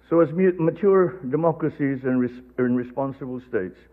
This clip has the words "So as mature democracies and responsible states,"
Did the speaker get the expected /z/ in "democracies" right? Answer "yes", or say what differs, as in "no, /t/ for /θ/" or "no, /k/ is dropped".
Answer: yes